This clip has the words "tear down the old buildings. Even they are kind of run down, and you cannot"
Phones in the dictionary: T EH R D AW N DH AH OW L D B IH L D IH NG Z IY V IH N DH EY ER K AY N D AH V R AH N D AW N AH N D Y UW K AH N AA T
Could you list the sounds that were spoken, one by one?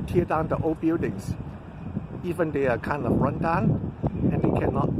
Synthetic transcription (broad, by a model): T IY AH D AW N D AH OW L B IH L D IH NG S IY V IH N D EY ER K AY N D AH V R AH N D AW N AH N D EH K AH N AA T